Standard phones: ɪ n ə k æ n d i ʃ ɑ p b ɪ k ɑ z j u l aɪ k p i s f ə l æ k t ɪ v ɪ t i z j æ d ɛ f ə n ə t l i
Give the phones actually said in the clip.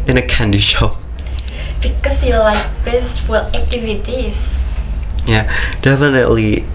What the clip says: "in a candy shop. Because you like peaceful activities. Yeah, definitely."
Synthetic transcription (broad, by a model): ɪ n ə k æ n d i ʃ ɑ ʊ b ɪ k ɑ s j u l aɪ k b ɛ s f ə l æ k t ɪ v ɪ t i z j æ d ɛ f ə n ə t l i